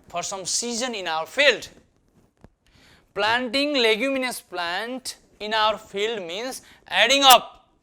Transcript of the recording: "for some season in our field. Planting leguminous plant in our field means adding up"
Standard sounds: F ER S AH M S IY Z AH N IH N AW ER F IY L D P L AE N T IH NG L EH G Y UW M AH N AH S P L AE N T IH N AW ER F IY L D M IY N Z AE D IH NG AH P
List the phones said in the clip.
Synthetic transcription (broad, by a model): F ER S AH M S IY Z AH N IH N AW ER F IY L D P L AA N T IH NG L EH G Y UW M AH N AH S P L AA N T IH N AW ER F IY L D M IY N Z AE D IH NG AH P